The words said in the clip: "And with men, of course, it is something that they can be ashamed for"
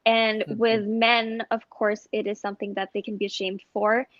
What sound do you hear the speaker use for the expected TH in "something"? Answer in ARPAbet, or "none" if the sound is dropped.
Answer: TH